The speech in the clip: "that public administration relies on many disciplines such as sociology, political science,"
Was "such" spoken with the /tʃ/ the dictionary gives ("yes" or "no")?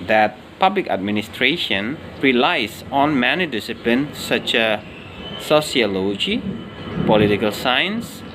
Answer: yes